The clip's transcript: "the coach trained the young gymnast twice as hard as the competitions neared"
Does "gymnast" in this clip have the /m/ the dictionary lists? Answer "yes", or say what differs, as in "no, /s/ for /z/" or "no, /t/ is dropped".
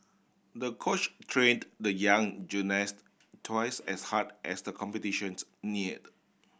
no, /m/ is dropped